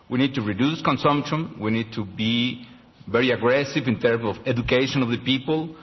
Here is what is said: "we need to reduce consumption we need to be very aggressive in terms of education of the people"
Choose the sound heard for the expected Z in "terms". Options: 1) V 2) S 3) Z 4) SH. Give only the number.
2